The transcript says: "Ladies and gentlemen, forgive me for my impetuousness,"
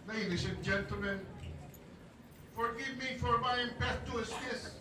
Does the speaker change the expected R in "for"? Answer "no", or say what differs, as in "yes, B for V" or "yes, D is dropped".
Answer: no